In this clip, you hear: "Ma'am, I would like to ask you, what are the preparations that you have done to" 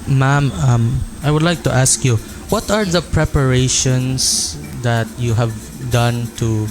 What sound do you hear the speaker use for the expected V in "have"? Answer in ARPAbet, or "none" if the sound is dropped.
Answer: V